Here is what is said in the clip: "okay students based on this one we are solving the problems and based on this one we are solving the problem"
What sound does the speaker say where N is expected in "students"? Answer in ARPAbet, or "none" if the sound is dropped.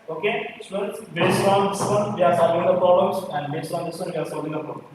none